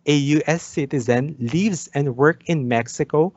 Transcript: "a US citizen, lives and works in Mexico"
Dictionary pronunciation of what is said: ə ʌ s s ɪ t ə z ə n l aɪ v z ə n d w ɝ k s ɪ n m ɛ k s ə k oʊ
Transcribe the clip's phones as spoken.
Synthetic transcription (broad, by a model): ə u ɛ s ɪ t ə z ə n l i v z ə n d w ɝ k ɪ n m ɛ k s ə k oʊ